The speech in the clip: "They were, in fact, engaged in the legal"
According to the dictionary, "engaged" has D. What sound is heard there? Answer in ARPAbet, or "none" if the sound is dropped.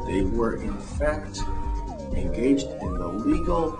D